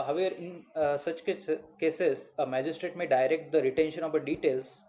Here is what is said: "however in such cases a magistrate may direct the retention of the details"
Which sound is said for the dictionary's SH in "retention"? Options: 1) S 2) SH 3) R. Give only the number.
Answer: 2